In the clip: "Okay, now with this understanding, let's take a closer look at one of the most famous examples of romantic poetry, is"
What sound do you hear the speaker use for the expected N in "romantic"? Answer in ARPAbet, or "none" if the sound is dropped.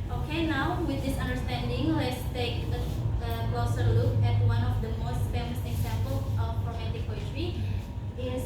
none